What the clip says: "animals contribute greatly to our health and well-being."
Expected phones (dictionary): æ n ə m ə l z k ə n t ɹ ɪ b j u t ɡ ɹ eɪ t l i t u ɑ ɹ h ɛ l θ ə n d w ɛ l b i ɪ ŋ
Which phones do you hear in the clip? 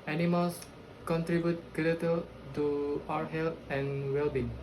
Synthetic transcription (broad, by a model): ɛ n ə m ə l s k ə n t ɹ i b j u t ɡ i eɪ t i t u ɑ h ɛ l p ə n w ɛ l b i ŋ